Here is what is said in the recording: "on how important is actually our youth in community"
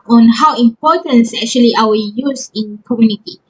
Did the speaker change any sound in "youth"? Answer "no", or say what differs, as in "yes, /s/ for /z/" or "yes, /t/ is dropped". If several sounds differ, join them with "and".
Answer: yes, /s/ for /θ/